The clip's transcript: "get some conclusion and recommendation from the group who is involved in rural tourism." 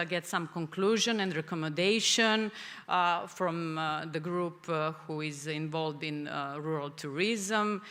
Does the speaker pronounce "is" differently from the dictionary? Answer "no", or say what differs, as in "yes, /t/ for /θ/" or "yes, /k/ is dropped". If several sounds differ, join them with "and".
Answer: no